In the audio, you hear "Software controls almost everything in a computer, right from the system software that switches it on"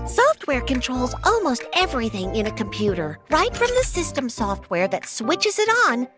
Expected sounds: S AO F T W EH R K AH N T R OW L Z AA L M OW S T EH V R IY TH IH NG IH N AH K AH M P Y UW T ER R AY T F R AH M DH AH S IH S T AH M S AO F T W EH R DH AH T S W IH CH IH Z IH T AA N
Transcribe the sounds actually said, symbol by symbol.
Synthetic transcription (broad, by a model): S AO F T W EH R K AH N T R OW L Z AA L M OW S T EH V R IY TH IH NG IH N AH K AH M P Y UW T ER R AY T F R AH M DH AH S IH S T AH M S AO F T W EH R DH AH T S W IH CH IH Z IH T N